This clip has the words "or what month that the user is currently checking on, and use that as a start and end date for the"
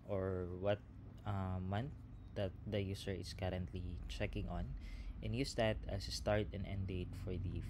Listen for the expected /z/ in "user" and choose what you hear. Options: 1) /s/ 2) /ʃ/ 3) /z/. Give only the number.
1